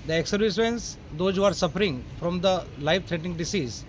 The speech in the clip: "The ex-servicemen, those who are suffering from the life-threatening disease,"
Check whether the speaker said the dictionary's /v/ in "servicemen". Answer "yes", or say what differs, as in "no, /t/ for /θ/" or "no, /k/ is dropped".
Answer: no, /v/ is dropped